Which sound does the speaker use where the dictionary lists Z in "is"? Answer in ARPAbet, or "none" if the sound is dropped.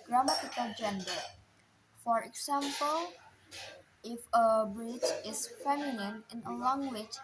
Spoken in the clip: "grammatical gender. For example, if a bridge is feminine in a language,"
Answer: S